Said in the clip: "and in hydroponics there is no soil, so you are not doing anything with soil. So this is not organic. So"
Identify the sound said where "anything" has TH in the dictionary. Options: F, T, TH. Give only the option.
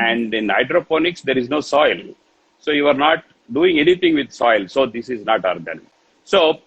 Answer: T